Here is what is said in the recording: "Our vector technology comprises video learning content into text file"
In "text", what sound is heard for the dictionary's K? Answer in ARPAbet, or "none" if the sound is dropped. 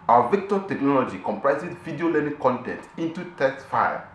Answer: none